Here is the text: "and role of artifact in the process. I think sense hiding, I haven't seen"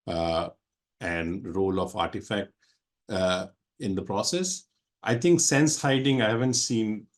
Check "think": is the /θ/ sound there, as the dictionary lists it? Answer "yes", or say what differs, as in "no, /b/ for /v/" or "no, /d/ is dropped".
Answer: no, /t/ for /θ/